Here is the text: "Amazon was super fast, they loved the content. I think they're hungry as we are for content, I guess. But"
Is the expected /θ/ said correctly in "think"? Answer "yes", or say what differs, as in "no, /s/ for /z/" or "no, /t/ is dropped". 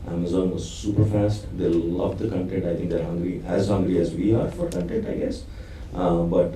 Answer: no, /t/ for /θ/